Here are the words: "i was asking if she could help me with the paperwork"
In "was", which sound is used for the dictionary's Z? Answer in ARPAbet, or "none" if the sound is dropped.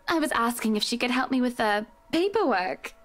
Z